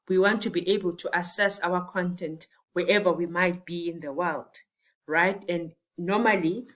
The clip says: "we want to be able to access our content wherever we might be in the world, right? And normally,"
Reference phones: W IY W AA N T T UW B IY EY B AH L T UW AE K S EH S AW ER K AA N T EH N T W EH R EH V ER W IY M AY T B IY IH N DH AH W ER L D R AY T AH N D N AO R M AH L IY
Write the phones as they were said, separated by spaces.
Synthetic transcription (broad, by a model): W IY W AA N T T UW B IY EY B AH L T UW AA S EH S AW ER K AA N T EH N T W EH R EH V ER W IY M AY T B IY IH N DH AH W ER L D R AY T AH N D N AO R M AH L IY